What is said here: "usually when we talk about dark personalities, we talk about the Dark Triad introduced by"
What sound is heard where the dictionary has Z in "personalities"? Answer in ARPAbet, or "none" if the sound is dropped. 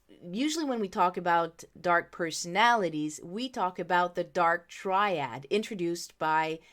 Z